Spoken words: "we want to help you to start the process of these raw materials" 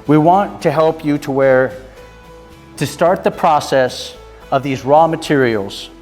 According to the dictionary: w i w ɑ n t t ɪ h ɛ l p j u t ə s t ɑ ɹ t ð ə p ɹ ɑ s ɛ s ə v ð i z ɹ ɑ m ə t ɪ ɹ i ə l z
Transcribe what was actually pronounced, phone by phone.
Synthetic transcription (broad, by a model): w i w ɑ n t t ɪ h ɛ l p j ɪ t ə s t ɑ ɹ t ð ə p ɹ ɑ s ɛ s ə v ð i z ɹ ɑ m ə t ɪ ɹ i l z